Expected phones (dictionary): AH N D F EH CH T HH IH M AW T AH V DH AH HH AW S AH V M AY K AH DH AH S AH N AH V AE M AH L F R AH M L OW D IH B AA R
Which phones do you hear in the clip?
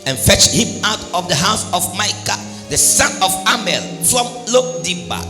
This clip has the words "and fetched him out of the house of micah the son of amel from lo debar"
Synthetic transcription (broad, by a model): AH N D F EH CH T HH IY M AW T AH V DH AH HH AW S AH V M AY K AH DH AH S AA N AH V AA M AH L F R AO M L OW D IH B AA